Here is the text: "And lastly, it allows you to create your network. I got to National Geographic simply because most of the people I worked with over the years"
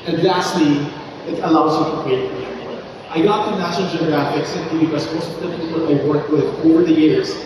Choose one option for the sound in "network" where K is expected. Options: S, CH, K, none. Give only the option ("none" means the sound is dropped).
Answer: none